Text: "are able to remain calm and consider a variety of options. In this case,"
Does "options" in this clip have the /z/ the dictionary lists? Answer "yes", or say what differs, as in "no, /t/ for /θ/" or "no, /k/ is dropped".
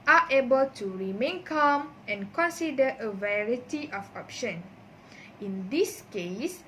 no, /z/ is dropped